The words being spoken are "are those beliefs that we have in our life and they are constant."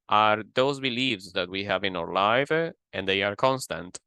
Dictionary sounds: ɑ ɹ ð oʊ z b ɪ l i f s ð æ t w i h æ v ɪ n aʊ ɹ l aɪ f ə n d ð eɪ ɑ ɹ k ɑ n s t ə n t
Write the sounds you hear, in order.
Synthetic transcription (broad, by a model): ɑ ɹ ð oʊ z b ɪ l i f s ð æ t w i h æ v ɪ n aʊ ɹ l aɪ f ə n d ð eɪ ɑ ɹ k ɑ n s t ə n t